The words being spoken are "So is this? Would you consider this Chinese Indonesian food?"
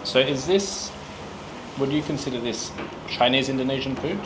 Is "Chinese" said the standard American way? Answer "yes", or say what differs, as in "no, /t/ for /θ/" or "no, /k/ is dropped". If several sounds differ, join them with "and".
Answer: yes